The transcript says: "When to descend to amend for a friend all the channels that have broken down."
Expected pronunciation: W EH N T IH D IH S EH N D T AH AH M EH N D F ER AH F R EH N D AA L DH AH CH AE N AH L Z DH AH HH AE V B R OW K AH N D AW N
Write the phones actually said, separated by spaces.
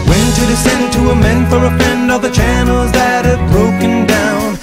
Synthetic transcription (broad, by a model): W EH N T IH D IH S EH N D T AH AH M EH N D F ER AH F EH N D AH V DH AH CH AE N L Z DH AH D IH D B R OW K AH N D AW N